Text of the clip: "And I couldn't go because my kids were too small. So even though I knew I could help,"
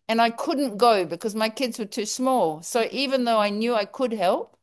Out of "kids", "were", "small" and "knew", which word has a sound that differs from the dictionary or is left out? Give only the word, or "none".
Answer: none